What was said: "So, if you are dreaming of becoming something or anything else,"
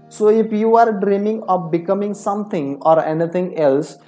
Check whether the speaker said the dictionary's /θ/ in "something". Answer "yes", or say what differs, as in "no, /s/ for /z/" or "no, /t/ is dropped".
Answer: no, /t/ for /θ/